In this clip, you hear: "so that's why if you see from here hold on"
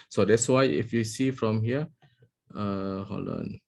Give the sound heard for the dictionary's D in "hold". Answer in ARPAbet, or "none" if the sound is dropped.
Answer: none